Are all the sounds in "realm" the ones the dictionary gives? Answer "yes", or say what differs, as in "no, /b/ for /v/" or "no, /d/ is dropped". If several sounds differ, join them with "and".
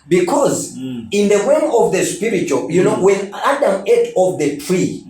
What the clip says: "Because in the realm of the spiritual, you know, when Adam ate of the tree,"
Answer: no, /w/ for /ɹ/